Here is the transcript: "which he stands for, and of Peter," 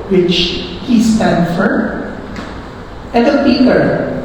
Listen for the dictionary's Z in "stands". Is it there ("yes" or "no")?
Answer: no